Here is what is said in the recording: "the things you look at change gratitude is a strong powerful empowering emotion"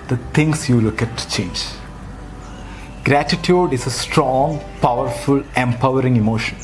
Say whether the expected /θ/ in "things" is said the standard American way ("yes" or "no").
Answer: no